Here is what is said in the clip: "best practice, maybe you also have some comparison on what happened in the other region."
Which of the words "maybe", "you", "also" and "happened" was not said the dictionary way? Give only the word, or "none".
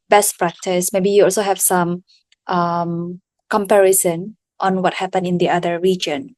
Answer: happened